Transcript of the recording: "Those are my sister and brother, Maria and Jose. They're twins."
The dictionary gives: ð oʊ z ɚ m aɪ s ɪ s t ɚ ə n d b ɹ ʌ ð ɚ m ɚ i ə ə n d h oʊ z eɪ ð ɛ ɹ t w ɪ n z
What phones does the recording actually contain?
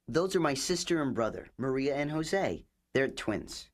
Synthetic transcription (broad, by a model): ð oʊ z ɚ m aɪ s ɪ s t ɚ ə n b ɹ ʌ ð ɚ m ɚ i ə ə n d h oʊ z eɪ ð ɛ ɹ t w ɪ n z